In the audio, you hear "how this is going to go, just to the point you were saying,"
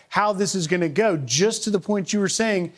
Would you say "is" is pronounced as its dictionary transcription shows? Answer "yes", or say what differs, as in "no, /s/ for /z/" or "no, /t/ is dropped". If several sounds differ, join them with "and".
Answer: yes